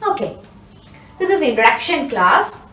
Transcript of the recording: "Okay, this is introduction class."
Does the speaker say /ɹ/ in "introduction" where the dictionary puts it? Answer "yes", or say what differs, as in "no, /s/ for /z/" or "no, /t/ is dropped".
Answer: no, /ɹ/ is dropped